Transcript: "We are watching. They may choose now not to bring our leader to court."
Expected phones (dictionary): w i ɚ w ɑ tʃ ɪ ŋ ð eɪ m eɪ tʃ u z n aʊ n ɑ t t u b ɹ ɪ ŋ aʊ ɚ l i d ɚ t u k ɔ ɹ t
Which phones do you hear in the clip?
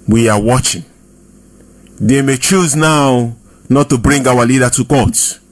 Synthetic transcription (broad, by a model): w i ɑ w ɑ tʃ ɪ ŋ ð eɪ m eɪ tʃ u z n aʊ n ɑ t t u b ɹ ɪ ŋ aʊ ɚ l i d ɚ t u k ɔ t